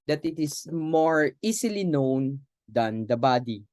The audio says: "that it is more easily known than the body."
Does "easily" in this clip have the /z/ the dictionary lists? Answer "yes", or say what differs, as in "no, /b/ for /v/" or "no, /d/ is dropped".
no, /s/ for /z/